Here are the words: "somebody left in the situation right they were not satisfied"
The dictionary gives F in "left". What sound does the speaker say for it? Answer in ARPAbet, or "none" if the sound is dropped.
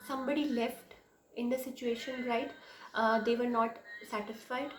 F